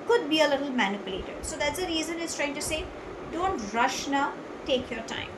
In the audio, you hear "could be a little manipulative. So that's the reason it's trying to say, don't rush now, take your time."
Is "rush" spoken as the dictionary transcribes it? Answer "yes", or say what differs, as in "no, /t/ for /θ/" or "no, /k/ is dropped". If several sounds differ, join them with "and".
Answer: yes